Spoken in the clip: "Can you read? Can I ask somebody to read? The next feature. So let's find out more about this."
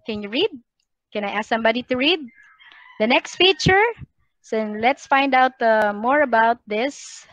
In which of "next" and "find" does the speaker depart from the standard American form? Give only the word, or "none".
none